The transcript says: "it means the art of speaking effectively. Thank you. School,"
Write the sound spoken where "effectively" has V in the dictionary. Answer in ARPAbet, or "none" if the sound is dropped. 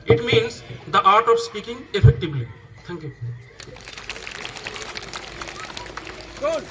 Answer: B